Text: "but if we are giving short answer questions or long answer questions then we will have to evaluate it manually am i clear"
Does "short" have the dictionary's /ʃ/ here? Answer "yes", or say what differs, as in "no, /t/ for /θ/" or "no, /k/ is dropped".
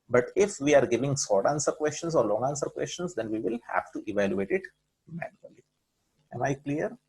no, /s/ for /ʃ/